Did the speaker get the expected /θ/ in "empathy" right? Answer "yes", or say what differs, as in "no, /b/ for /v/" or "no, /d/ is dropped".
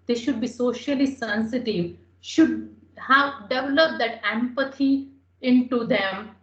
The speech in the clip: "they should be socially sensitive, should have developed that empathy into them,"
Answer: no, /t/ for /θ/